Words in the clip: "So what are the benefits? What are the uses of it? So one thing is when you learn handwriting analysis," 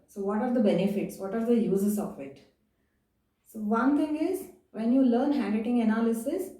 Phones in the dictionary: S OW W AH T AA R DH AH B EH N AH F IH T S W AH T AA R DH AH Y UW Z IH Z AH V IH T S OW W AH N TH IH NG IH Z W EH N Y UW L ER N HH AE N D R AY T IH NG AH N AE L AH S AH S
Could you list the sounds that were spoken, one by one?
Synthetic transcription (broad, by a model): S OW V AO T AA R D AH B EH N AH F IH T S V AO T AA R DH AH Y UW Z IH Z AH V IH T S OW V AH N T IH NG IH Z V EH N Y UW L ER N HH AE N D IH T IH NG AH N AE L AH S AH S